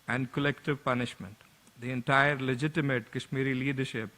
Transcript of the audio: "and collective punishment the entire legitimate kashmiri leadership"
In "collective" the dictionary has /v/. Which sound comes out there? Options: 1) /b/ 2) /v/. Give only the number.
2